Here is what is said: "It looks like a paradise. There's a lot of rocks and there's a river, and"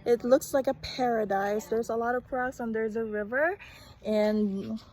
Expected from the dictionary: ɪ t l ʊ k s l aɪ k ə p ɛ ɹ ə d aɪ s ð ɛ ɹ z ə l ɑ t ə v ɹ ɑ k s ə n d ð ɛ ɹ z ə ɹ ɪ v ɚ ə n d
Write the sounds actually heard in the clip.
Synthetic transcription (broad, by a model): ɪ t l ʊ k s l aɪ k ə p ɛ ɹ ə d aɪ s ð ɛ ɹ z ə l ɑ t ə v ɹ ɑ s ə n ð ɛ ɹ z ə ɹ ɪ v ɚ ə n